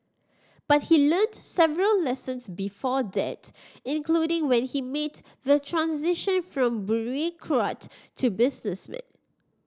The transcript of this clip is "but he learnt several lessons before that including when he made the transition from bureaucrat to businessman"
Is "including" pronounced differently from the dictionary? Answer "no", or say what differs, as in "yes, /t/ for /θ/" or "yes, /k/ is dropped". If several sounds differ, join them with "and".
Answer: no